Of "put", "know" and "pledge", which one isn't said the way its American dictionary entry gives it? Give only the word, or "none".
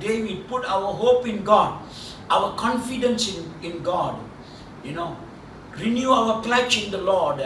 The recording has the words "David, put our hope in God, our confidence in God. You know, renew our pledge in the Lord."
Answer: pledge